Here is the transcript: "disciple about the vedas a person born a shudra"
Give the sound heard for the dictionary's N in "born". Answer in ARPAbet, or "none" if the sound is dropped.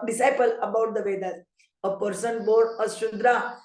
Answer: none